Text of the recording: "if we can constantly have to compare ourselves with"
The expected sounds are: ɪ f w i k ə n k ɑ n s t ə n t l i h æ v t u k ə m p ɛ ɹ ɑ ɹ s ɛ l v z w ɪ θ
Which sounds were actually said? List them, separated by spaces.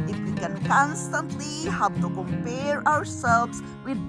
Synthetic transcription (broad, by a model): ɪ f w i k ə n k ɑ n s t ə n t l i h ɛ p t u k ə m p ɛ ɹ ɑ ɹ s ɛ l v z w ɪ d